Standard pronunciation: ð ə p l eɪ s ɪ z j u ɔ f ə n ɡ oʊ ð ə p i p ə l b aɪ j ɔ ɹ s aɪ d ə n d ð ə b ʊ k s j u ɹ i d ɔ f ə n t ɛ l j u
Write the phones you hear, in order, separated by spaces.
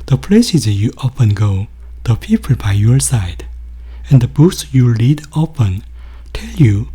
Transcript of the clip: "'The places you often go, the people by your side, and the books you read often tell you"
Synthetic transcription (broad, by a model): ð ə p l eɪ s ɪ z j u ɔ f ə n ɡ oʊ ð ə p i p ə l b aɪ j ɔ ɹ s aɪ d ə n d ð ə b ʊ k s j u l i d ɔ p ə n t ɛ l j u